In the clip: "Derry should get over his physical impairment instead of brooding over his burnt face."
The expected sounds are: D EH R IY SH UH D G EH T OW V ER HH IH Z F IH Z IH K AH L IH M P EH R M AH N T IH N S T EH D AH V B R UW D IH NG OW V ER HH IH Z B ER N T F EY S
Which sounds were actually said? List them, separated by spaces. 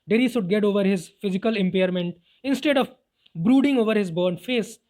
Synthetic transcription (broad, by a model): D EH R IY S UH D G EH T OW V ER HH IH Z F IH Z IH K AH L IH M P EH R M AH N T IH N S T EH D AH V B R UW D IH NG OW V ER HH IH Z B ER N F EY S